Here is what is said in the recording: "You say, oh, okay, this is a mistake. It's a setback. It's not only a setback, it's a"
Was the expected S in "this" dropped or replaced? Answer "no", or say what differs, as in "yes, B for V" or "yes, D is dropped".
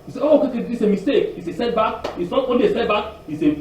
yes, S is dropped